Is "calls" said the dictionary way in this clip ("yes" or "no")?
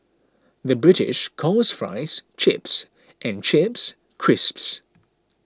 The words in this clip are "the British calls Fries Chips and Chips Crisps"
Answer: no